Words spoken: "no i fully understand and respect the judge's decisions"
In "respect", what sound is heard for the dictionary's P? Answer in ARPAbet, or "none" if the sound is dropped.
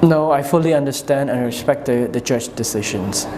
P